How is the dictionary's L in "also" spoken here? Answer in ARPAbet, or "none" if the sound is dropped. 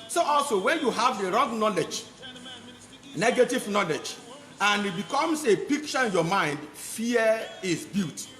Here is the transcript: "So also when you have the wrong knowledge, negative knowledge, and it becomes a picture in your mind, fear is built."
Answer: L